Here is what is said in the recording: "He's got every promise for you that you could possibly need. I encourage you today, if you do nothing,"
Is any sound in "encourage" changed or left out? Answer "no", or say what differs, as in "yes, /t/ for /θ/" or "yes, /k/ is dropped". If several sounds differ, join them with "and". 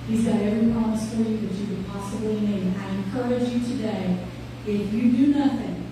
no